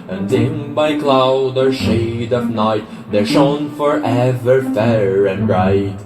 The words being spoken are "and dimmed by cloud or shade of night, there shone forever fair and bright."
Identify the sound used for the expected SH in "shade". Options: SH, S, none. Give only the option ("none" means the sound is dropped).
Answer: SH